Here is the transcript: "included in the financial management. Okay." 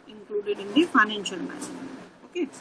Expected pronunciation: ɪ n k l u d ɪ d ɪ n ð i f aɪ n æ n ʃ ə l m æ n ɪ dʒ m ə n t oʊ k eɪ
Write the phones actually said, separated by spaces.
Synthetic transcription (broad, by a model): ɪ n k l u d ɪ d ɪ n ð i f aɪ n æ n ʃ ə l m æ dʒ ə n oʊ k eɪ